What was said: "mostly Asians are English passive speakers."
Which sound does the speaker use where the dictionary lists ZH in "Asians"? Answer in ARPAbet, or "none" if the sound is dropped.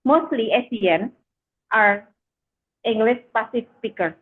S